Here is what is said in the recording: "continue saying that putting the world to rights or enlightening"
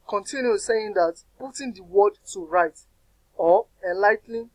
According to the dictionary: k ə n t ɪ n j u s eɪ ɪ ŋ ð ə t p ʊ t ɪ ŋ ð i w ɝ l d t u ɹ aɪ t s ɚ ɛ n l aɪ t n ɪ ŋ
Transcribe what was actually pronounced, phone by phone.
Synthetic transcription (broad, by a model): k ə n t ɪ n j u s eɪ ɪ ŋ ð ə t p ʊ t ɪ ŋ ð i w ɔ d t u ɹ aɪ t ɔ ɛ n l aɪ t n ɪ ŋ